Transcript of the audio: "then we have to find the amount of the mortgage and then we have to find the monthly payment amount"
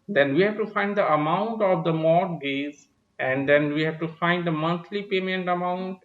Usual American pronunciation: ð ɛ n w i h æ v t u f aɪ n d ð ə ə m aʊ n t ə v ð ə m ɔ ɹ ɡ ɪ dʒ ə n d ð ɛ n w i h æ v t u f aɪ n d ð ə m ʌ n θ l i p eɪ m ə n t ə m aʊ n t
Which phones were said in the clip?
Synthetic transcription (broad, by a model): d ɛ n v i h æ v t u f aɪ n d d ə ə m aʊ n t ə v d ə m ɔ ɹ ɡ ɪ z ə n d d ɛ n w i h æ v t u f aɪ n d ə m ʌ n t l i p eɪ m ə n t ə m aʊ n t